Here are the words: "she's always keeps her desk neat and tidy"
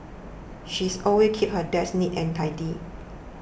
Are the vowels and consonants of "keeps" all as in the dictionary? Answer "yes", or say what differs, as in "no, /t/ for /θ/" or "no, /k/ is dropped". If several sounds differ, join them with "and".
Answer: no, /s/ is dropped